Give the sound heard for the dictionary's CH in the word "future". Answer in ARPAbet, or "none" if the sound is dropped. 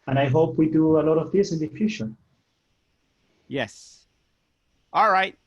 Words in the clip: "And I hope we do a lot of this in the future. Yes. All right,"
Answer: SH